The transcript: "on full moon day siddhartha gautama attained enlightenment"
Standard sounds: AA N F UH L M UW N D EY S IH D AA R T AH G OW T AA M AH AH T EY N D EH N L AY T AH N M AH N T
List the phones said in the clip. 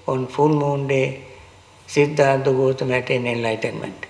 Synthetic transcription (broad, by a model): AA N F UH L M UW N D EY S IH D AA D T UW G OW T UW M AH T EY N EH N L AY T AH N M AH N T